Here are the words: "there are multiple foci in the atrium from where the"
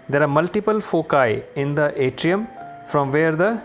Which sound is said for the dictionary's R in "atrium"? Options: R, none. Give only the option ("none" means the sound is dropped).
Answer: R